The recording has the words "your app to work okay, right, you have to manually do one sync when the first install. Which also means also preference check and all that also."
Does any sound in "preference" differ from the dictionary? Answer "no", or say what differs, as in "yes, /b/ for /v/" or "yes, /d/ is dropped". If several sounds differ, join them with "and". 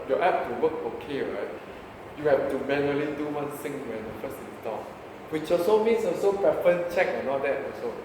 yes, /s/ is dropped